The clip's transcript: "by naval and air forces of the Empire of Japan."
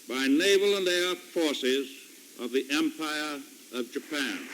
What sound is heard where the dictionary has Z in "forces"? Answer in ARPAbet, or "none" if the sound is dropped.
Z